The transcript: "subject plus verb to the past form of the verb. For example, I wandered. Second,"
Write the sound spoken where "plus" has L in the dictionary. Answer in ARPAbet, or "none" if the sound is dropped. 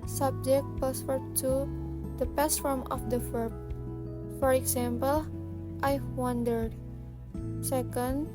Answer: none